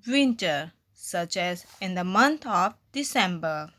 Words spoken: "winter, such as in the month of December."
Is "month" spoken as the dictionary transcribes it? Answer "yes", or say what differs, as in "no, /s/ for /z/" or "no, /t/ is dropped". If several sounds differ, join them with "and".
no, /t/ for /θ/